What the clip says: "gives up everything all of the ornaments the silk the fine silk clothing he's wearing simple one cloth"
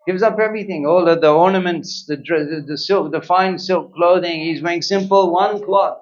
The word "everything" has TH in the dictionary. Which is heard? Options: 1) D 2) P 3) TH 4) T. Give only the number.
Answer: 3